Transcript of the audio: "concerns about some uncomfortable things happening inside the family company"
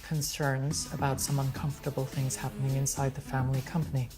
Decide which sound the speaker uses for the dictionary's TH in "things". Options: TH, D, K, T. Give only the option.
TH